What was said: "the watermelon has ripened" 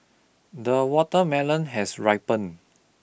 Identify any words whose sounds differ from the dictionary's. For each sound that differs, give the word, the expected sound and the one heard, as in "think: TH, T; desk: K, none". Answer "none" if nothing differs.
has: Z, S; ripened: D, none